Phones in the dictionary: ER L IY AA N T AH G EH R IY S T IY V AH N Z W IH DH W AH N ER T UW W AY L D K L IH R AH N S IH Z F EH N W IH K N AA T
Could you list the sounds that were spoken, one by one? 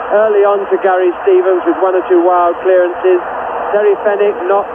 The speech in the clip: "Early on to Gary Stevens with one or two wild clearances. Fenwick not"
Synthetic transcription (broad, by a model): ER L IY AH N T AH G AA R IY S T IY V AH N Z W IH DH W AH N ER T UW W AY L D K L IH R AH N S IH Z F EH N IH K N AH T